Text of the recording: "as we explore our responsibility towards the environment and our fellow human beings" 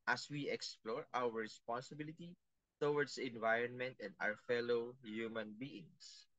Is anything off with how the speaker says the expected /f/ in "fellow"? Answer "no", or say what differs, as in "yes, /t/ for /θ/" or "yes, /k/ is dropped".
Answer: no